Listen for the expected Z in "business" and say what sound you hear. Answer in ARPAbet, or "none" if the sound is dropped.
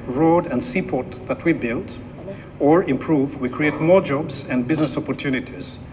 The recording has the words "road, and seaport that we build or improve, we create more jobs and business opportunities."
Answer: Z